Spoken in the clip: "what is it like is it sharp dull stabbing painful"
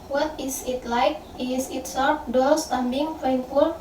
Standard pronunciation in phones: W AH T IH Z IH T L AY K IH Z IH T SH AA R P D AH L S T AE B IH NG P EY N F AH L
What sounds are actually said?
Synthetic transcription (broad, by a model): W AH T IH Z IH T L AY K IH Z IH T S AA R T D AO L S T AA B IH NG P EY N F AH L